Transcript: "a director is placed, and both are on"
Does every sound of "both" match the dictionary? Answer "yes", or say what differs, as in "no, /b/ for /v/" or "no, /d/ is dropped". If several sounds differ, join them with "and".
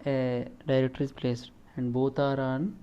no, /t/ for /θ/